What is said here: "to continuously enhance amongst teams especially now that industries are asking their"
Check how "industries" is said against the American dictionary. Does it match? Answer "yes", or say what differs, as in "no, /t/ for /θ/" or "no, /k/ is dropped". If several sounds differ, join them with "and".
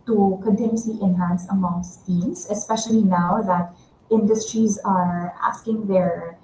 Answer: yes